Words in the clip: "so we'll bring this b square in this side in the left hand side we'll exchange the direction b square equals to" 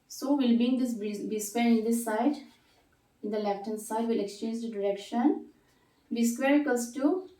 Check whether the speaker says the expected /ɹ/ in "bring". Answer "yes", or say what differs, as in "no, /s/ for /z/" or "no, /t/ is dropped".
no, /ɹ/ is dropped